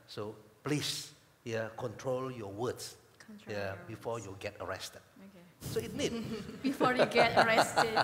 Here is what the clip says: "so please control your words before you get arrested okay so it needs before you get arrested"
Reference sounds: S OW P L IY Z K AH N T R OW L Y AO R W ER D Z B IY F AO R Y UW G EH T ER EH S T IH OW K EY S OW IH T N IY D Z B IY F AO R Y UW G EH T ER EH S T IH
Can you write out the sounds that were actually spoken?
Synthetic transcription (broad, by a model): S OW P L IY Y K AH N T R OW L Y AO W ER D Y B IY F AO Y UW G EH T ER EH S T IH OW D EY S OW IH T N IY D B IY F AO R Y G EH T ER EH S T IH